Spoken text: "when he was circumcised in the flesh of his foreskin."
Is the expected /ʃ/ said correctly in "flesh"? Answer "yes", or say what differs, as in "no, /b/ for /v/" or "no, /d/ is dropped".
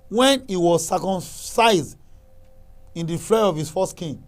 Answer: no, /ʃ/ is dropped